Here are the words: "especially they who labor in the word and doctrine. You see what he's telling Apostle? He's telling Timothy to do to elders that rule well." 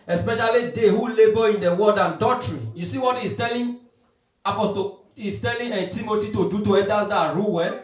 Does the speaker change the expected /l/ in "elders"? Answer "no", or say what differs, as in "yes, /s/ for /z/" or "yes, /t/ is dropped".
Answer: yes, /l/ is dropped